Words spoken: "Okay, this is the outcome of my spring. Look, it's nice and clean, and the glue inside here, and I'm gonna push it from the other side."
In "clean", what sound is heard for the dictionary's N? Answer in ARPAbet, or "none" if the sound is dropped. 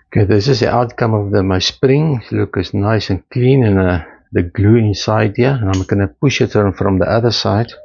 N